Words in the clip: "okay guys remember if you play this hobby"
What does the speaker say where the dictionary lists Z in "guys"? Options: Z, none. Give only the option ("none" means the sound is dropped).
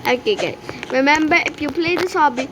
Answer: none